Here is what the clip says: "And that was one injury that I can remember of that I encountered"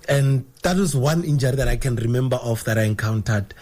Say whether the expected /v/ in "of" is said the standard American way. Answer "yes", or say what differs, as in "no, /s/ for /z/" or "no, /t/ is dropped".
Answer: no, /f/ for /v/